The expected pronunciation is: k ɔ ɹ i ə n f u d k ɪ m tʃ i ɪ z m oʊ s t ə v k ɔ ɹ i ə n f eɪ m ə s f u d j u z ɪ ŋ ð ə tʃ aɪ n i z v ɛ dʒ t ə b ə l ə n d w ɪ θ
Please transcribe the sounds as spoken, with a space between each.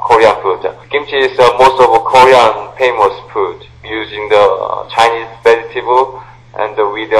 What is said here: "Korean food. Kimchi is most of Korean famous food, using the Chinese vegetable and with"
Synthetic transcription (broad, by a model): k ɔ ɹ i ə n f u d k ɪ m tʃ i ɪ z m oʊ s t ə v k ɔ ɹ i ə n p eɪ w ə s p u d j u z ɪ ŋ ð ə tʃ aɪ n i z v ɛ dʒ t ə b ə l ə n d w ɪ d